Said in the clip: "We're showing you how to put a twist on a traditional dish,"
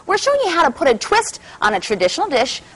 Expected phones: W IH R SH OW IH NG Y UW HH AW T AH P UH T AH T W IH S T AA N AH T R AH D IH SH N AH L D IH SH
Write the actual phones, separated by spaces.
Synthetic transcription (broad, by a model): W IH R SH OW IH NG Y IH HH AW T AH P UH T AH T W IH S T N AH T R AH D IH SH N L D IH SH